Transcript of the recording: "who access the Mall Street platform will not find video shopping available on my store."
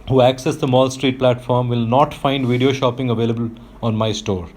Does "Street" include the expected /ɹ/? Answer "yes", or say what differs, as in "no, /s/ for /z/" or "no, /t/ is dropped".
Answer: yes